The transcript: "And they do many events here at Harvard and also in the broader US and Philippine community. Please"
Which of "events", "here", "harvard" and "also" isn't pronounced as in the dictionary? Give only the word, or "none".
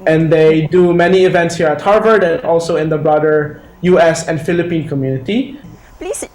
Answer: none